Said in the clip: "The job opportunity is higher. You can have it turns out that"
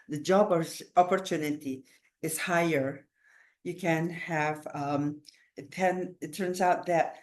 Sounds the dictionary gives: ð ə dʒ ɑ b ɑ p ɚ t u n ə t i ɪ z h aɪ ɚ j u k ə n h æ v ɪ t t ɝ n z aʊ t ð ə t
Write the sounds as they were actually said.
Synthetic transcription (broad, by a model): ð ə dʒ ɑ b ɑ p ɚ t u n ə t i ɪ z h aɪ ɚ j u k ə n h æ v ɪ t t ɝ n z aʊ t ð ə t